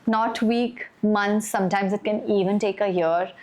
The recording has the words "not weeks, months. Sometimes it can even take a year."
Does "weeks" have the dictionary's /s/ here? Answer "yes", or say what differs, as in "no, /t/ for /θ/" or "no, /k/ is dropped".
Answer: no, /s/ is dropped